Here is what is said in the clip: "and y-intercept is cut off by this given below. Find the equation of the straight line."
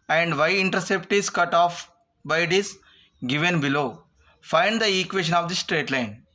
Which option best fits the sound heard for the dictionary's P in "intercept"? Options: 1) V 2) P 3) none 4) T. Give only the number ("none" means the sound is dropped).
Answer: 2